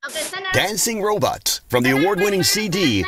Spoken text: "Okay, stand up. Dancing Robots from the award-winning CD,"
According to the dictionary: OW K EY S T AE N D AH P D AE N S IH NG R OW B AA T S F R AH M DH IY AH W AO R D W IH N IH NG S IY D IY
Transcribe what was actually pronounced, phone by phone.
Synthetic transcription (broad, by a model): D D AE N S IH NG R OW B AA T S F R AH M DH IY AH W AO R D W IH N IH NG S IY D IY